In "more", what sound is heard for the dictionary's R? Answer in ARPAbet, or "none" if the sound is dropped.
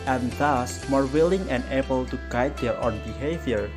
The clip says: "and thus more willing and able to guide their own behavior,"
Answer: R